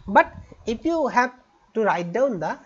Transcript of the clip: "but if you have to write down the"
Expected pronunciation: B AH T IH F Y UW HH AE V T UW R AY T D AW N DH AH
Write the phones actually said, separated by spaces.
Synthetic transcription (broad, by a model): B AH T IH P Y UW HH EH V T UW R AY T D AW N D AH